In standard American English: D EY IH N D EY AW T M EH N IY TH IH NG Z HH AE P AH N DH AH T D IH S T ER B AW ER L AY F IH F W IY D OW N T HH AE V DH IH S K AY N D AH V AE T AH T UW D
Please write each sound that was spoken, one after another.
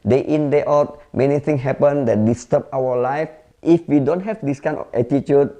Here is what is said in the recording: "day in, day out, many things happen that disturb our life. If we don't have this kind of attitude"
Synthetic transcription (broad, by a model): D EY IH N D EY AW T M EH N IY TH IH NG HH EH P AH N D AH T D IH S T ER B AW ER L AY F IH F W IY D OW N T HH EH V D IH S K AY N AH F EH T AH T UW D